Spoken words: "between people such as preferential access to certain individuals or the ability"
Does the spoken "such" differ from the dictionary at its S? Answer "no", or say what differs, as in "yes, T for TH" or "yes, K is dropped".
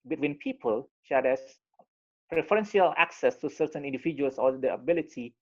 yes, SH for S